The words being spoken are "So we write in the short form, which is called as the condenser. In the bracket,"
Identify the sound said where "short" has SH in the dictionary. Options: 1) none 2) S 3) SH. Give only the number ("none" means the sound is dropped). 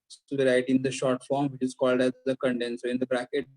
3